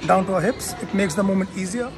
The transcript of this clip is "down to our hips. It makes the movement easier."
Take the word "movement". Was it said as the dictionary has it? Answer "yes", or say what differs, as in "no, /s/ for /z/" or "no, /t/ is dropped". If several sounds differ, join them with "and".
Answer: no, /v/ is dropped